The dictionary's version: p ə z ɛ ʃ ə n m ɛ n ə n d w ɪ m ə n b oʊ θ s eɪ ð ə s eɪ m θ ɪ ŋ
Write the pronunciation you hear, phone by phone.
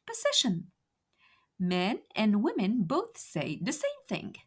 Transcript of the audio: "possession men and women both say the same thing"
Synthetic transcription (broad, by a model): p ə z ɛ ʃ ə n m ɛ n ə n w ɪ m ə n b oʊ θ s eɪ ð ə s eɪ m θ ɪ ŋ